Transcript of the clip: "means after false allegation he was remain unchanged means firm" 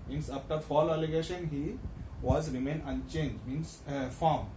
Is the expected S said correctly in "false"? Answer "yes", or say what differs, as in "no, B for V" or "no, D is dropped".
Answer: no, S is dropped